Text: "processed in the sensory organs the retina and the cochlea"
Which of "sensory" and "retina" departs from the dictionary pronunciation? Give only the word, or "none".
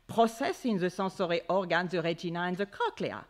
sensory